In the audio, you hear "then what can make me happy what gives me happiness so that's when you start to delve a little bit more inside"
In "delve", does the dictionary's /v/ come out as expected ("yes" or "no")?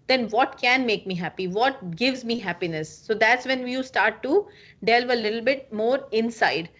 yes